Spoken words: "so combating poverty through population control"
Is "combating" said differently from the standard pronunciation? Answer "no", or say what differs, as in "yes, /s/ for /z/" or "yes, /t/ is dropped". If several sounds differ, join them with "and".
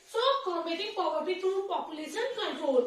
yes, /b/ is dropped